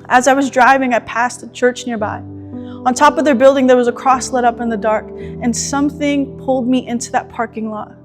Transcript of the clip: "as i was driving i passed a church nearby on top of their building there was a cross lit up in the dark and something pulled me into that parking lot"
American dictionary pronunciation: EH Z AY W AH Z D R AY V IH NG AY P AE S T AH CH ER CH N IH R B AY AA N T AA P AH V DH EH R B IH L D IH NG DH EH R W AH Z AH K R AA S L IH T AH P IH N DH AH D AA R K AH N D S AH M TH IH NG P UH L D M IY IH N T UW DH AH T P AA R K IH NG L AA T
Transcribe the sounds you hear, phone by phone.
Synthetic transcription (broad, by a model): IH Z AY W AH Z D R AY V IH NG AY P AE S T AH CH ER CH N IH R B AY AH N T AA P AH V DH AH R B IH L D IH NG DH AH R W AH Z AH K R AA S L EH T AH P IH N DH AH D AA R K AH N S AH M TH IH NG P UH L D M IY IH N T UW DH AH T P AA R K IH NG L AA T